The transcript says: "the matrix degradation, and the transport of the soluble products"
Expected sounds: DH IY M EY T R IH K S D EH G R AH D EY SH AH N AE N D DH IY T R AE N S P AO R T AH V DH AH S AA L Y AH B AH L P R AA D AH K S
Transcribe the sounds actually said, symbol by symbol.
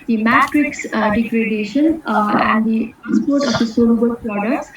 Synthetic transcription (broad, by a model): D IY M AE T R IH K S D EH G R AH D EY SH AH N AE N D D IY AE S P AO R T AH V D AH S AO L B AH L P R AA D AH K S